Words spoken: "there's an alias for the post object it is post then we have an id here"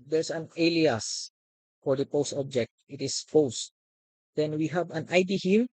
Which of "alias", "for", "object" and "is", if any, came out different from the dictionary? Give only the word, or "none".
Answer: is